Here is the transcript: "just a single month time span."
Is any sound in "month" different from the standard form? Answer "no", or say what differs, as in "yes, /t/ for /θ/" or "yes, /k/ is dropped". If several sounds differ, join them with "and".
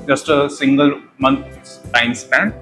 yes, /s/ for /θ/